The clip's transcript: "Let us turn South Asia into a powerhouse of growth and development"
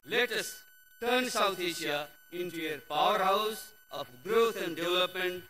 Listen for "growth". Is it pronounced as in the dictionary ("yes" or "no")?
no